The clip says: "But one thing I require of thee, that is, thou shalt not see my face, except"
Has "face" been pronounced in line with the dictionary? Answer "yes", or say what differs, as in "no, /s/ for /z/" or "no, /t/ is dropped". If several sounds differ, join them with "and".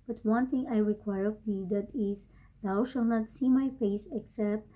no, /p/ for /f/